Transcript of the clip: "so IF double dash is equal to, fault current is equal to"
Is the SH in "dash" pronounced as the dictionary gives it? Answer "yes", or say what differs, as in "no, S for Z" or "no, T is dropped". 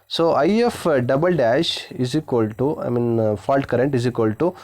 yes